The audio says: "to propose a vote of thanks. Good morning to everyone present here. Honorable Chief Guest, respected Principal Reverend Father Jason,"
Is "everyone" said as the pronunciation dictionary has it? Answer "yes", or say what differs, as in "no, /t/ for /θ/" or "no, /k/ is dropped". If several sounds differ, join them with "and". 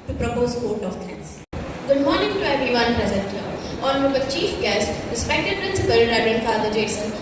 no, /ɹ/ is dropped